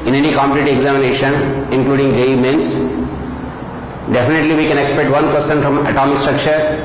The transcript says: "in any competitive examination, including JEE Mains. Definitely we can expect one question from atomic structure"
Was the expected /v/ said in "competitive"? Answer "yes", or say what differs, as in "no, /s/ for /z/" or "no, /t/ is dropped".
no, /v/ is dropped